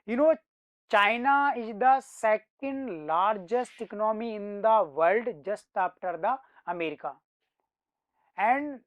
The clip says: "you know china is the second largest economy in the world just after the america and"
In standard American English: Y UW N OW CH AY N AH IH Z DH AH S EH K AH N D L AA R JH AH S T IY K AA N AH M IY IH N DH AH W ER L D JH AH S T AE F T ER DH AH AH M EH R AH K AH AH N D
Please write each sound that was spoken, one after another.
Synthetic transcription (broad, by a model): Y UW N OW CH AY N AH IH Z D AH S EH K AH N D L AA R JH AH S T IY K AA N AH M IY IH N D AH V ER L D JH AH S T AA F T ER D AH AH M EH R AH K AH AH N D